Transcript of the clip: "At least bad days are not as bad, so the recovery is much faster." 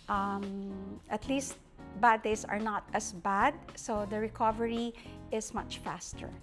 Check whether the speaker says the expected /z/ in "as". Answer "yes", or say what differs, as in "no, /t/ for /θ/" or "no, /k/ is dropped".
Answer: no, /s/ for /z/